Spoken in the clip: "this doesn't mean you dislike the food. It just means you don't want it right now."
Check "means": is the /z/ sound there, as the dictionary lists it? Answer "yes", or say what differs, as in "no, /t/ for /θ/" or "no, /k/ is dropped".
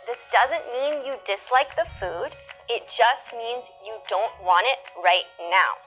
yes